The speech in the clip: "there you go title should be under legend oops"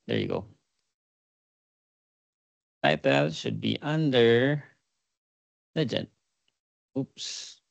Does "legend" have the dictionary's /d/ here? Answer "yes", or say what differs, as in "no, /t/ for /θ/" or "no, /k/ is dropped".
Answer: no, /d/ is dropped